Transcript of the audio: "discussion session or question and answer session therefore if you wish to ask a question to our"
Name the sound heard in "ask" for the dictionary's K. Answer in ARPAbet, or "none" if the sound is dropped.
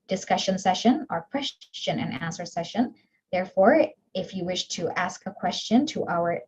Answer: K